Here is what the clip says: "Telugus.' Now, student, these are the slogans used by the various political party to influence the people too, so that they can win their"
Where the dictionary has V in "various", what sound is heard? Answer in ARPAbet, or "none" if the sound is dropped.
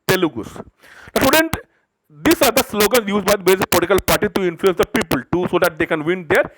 B